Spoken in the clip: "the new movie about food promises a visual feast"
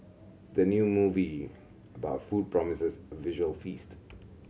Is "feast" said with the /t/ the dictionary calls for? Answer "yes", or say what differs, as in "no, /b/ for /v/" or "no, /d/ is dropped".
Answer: yes